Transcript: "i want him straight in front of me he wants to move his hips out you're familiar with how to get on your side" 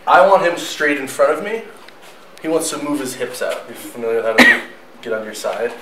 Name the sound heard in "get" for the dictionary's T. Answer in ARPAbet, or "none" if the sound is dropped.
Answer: T